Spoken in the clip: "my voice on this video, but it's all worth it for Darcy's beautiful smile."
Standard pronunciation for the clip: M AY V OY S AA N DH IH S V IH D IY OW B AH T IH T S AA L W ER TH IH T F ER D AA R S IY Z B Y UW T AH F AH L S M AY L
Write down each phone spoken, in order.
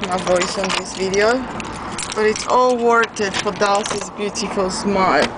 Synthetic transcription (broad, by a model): M AY V OY S AA N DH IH S V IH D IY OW B AH T IH T S AA L W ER T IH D F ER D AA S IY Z B Y UW T AH F AH L S M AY